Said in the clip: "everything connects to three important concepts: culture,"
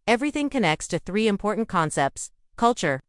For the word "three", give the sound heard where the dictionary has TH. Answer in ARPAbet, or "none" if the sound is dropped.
TH